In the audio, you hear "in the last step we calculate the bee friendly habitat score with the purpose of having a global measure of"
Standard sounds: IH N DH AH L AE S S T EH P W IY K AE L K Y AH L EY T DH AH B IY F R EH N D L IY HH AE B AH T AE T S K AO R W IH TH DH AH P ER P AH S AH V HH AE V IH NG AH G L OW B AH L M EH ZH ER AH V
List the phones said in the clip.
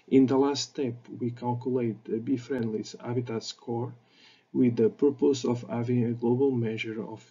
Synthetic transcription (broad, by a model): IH N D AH L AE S S T EH P W IY K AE L K Y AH L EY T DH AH B IY F R EH N D L IY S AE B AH T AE T S K AO R W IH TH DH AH P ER P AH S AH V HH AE V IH NG AH G L OW B AH L M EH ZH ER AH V